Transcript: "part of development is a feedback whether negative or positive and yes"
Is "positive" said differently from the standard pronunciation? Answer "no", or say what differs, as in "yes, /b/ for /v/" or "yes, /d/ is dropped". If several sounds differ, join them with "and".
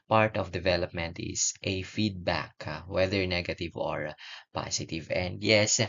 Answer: yes, /s/ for /z/